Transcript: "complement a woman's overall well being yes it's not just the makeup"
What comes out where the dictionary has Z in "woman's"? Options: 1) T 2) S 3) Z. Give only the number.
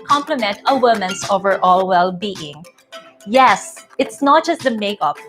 2